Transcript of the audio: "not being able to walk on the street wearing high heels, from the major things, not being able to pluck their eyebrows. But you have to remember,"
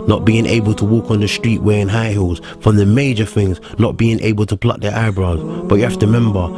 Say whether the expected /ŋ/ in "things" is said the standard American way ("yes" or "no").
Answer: yes